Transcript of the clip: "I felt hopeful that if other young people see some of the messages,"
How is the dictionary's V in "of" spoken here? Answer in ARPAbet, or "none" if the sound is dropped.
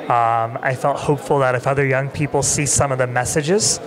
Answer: V